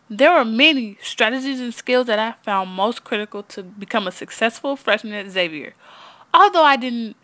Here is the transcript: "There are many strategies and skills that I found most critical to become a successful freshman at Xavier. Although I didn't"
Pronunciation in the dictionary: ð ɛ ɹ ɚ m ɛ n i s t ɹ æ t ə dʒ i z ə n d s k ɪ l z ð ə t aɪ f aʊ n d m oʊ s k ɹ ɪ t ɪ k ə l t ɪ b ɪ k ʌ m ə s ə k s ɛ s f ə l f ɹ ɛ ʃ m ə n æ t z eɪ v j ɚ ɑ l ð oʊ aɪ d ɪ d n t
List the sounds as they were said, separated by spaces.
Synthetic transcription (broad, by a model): ð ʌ ɹ ɚ m ɛ n i s t ɹ æ t ə dʒ i z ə n s k ɪ l z ð ə t aɪ f aʊ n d m oʊ s k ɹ ɪ t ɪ k l t ɪ b ɪ k ʌ m ə s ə k s ɛ s f l f ɹ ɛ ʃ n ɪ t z eɪ v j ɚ ɑ l ð oʊ aɪ d ɪ d n t